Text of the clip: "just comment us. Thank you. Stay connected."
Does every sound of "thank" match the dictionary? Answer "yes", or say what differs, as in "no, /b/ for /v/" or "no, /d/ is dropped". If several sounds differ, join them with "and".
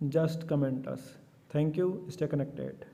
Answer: no, /t/ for /θ/